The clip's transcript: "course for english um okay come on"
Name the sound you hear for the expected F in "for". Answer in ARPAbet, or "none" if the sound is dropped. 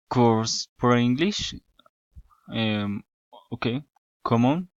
P